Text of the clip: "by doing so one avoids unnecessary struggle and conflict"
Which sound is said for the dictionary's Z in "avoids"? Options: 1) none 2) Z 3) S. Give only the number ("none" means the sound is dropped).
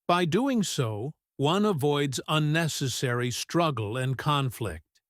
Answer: 2